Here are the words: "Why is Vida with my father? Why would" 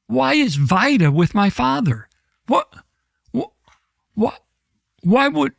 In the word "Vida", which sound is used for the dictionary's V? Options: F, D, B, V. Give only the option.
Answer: V